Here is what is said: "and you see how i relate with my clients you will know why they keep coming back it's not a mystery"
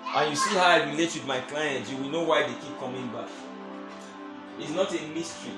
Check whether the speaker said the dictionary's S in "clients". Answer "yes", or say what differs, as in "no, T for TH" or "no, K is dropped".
no, S is dropped